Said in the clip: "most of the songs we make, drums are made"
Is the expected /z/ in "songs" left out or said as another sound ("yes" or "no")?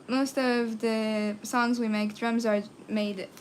no